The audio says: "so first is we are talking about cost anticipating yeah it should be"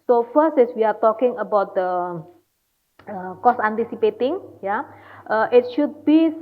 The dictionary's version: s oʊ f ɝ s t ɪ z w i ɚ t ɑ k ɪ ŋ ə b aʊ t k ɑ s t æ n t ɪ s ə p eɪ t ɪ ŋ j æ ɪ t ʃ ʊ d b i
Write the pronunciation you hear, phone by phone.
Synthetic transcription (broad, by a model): s oʊ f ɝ s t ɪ s w i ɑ t ɑ k ɪ ŋ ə b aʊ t k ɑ s æ n t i s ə p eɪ t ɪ ŋ j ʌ ɪ t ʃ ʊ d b i